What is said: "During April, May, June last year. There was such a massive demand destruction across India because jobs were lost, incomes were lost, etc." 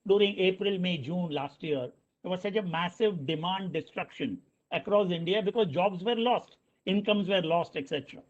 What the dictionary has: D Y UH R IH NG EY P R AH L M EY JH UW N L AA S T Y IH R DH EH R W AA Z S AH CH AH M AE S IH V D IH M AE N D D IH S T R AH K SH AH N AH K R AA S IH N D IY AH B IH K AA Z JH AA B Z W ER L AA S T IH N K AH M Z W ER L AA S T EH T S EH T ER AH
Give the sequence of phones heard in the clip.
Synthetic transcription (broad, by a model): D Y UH R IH NG EY P R AH L M EY JH UW N L AA S T Y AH R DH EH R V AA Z S AH CH AH M AE S IH V D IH M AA N D D IH S T R AH K SH AH N AH K R AA S IH N D IY AH B IH K AA Z JH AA B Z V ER L AA S T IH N K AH M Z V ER L AA S T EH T S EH T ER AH